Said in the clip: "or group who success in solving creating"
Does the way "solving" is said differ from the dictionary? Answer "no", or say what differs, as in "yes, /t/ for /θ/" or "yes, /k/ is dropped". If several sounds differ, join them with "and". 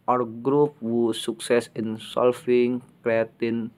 yes, /f/ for /v/